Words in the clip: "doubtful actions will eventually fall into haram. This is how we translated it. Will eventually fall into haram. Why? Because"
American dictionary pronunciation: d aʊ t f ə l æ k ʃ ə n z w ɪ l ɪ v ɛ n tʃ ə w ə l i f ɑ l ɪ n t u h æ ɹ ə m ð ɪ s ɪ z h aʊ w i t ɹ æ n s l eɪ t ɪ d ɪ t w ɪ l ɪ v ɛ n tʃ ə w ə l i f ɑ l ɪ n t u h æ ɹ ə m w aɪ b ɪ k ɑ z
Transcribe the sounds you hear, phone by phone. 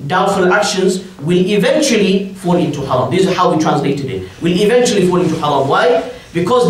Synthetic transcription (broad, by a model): d aʊ t f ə l æ k ʃ ə n z w ɪ l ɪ v ɛ n tʃ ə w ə l i f ɑ l ɪ n t u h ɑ ɹ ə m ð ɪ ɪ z h aʊ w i t ɹ æ n s l eɪ t ɪ d ɪ t w ɪ l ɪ v ɛ n tʃ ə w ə l i f ɑ l ɪ n t u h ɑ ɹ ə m w aɪ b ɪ k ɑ z